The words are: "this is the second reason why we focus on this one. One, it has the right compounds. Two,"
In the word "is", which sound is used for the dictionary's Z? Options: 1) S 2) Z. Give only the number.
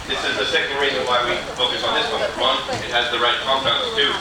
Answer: 2